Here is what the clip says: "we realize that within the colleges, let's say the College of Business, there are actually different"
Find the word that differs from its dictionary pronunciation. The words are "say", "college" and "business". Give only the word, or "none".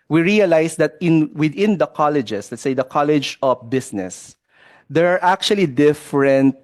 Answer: business